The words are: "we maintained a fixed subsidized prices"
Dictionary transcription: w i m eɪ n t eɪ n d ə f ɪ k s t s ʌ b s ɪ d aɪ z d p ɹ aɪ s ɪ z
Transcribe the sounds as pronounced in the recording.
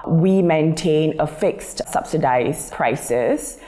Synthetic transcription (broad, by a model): w i m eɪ n t eɪ n ə f ɪ k s t s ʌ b s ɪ d aɪ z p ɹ aɪ s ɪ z